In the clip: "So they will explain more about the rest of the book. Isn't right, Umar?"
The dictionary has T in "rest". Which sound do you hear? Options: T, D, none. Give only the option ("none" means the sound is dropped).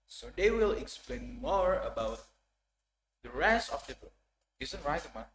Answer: none